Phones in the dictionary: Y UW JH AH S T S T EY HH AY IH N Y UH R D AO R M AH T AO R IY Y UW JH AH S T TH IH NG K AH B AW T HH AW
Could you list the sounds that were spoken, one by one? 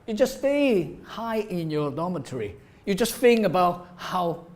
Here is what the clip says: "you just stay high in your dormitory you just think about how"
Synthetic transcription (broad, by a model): Y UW JH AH S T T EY HH AY IH N Y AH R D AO M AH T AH R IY Y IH JH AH S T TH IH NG AH B AW T HH AW